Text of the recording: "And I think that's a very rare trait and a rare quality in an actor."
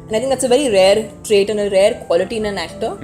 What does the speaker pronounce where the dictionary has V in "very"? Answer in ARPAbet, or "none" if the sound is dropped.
V